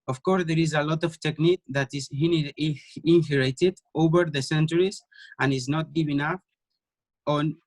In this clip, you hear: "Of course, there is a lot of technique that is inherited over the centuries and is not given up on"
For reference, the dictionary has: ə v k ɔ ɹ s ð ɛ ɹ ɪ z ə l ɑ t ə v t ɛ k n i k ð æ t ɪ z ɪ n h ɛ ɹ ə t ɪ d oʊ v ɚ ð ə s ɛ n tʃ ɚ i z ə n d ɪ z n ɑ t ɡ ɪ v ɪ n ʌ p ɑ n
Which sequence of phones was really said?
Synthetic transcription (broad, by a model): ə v k ɔ ɹ s ð ɛ ɹ ɪ z ə l ɑ t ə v t ɛ k n i k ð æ t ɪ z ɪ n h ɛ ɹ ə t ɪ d oʊ v ɚ ð ə s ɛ n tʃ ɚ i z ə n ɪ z n ɑ t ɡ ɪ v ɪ n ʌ f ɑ n